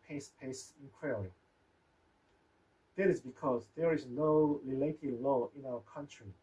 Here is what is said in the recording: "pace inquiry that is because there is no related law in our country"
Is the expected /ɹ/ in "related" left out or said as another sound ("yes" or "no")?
yes